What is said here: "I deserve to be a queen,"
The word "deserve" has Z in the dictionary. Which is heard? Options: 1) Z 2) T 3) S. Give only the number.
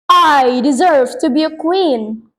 1